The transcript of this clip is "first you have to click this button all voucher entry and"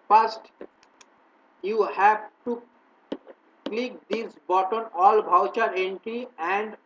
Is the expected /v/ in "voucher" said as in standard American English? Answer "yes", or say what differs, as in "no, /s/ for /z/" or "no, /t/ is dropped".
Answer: no, /b/ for /v/